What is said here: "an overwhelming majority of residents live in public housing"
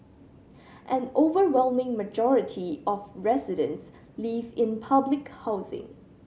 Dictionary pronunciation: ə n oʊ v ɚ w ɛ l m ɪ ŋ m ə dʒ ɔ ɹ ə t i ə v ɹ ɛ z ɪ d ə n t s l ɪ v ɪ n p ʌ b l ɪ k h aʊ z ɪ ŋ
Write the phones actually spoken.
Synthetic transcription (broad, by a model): ə n oʊ v ɚ w ɛ l m ɪ ŋ m ə dʒ ɔ ɹ ə t i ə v ɹ ɛ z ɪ d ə n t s l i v ɪ n p ʌ b l ɪ k h aʊ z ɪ ŋ